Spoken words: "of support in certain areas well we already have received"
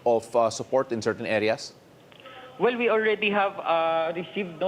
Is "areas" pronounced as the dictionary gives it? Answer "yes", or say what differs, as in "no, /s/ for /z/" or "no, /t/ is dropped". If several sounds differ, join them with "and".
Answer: no, /s/ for /z/